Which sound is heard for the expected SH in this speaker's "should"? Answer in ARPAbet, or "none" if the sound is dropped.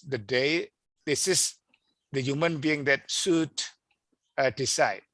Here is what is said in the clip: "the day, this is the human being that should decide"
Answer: S